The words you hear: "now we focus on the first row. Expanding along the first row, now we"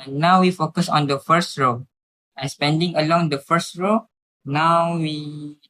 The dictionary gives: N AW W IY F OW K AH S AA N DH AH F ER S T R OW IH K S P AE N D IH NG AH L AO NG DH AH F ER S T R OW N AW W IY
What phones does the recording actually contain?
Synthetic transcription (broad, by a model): N AW W IY F OW K AH S AA N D AH F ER S T R OW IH S P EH N D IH NG AH L AO NG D AH F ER S T R OW N AW W IY